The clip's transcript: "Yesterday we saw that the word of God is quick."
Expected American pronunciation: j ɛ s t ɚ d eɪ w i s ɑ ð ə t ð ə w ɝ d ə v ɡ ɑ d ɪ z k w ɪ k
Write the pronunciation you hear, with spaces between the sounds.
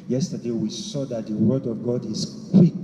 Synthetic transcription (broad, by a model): j ɛ s t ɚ d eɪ w i s ɑ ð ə t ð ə w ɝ d ə v ɡ ɑ d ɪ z k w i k